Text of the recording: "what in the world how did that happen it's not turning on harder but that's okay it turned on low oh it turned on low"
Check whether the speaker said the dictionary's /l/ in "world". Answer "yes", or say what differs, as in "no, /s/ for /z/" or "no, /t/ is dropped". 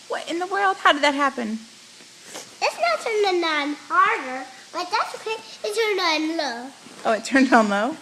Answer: yes